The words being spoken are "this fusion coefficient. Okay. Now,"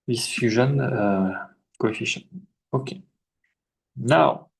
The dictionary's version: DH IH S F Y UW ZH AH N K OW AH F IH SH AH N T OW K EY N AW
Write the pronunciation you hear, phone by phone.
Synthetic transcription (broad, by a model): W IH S F Y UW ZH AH N K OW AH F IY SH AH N OW K EY N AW